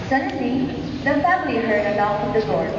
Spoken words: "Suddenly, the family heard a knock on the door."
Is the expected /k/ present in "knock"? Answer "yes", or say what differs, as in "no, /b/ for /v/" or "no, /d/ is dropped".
no, /k/ is dropped